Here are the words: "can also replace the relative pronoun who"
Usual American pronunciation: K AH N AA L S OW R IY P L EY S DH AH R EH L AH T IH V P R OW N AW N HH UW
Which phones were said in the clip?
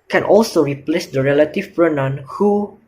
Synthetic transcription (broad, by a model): K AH N AA L S OW R IY P L EY S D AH R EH L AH T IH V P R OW N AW N HH UW